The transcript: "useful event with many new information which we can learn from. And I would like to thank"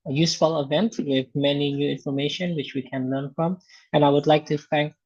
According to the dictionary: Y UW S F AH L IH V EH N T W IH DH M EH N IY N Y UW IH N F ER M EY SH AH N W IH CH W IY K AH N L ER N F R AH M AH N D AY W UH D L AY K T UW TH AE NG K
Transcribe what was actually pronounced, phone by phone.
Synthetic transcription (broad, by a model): Y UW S F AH L IH V EH N T W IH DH M EH N IY N Y UW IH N F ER M EY SH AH N W IH CH W IY K AH N L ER N F R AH M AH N AY W UH D L AY K T UW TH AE NG K